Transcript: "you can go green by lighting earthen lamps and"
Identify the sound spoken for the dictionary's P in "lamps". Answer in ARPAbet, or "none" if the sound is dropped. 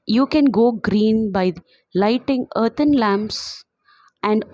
P